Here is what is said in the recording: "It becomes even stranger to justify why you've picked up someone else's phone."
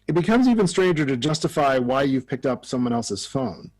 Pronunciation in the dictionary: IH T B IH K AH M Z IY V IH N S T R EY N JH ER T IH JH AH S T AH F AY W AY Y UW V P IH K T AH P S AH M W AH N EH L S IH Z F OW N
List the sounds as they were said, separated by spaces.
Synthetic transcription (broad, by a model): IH T B IH K AH M Z IY V IH N S T R EY N JH ER T IH JH AH S T AH F AY W AY Y UW V P IH K T AH P S AH M W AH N EH L S IH Z F OW N